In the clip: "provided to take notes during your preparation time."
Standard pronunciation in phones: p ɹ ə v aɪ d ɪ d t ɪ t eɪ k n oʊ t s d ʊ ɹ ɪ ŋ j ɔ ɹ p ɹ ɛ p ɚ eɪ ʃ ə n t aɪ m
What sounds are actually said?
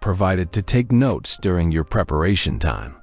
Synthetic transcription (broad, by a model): p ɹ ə v aɪ d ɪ d t ɪ t eɪ k n oʊ t s d ʊ ɹ ɪ ŋ j ɔ ɹ p ɹ ɛ p ɚ eɪ ʃ ə n t aɪ m